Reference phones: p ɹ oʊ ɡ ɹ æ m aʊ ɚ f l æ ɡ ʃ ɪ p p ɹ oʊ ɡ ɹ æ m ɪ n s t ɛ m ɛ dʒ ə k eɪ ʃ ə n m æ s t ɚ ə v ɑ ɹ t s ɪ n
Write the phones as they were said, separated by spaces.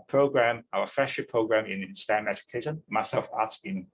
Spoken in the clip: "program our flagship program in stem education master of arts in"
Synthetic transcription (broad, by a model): p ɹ oʊ ɡ ɹ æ m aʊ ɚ f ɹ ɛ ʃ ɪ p p ɹ oʊ ɡ ɹ æ m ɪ n s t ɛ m ɛ dʒ ə k eɪ ʃ ə n m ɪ s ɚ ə f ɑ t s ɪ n